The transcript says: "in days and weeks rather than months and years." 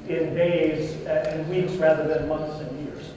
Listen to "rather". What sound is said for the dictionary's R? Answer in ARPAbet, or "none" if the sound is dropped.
R